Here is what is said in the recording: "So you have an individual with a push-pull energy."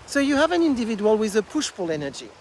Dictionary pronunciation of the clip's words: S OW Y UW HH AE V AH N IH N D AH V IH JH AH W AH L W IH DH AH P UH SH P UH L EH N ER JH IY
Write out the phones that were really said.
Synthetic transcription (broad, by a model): S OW Y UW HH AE V AH N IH N D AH V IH JH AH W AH L W IH DH AH P UH SH F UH L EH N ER JH IY